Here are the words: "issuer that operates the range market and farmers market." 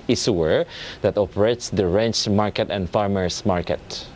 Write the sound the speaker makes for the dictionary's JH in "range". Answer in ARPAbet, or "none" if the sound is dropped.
CH